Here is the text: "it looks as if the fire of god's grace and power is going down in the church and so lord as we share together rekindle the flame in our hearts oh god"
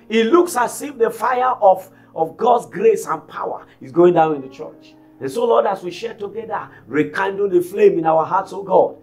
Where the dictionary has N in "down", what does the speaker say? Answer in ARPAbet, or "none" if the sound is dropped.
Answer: N